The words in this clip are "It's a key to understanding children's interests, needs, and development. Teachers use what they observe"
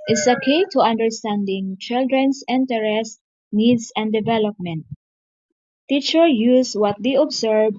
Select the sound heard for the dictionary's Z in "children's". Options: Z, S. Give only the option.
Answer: S